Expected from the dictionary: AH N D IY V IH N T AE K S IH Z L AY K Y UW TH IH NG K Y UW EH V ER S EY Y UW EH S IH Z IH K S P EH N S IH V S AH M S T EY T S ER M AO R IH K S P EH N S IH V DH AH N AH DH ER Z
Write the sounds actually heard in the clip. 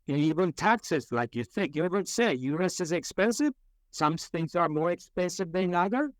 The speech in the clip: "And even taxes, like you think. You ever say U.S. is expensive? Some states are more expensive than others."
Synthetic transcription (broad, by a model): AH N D IY V IH N T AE K S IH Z L AY K Y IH TH IH NG K Y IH EH V ER S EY Y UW EH S IH Z IH K S P EH N S IH V S AH M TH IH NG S ER M AO R IH K S P EH N S IH V DH AH N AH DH ER